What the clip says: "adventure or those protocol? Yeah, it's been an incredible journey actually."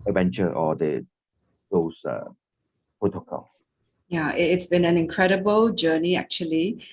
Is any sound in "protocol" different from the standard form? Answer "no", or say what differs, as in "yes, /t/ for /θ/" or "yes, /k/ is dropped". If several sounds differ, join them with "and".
yes, /ɹ/ is dropped